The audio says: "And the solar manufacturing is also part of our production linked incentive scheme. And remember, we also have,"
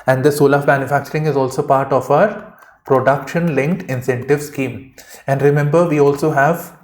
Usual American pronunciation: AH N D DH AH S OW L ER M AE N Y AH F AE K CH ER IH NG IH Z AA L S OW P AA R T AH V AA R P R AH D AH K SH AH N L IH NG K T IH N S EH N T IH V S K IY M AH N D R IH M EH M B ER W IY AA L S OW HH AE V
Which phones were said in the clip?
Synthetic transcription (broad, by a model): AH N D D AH S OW L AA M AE N Y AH F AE K CH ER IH NG IH Z AA L S OW P AA R T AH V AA R P R AH D AH K SH AH N L IH NG K T IH N S EH N T IH V S K IY M AH N D R IH M EH M B ER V IY AA L S OW HH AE V